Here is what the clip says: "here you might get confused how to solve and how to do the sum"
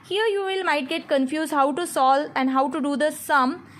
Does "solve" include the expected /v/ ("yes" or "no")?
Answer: no